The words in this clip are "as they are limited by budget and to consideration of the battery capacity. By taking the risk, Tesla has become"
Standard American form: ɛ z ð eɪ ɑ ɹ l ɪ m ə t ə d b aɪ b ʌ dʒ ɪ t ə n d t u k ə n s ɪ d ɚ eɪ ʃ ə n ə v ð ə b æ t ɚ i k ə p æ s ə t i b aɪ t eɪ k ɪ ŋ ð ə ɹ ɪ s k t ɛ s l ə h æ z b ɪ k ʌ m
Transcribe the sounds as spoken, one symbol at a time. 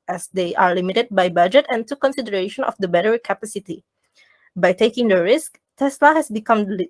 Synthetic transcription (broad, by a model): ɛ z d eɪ ɑ ɹ l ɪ m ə t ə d b aɪ b ʌ dʒ ɪ t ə n t u k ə n s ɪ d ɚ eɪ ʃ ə n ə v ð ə b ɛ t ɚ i k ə p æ s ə t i b aɪ t eɪ k ɪ ŋ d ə ɹ ɪ s k t ɛ s l ə h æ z b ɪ k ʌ m